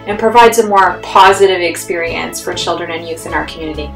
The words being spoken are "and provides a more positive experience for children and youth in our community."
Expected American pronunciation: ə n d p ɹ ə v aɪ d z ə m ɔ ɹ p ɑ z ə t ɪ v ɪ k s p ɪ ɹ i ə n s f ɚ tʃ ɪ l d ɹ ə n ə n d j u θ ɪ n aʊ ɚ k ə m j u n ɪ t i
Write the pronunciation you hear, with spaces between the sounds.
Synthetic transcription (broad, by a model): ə n p ɹ ə v aɪ d z ə m ɔ ɹ p ɑ z ə t ɪ v ɪ k s p ɪ ɹ i ə n s f ɚ tʃ ɪ l d ɹ ə n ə n j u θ ɪ n aʊ ɚ k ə m j u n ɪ t i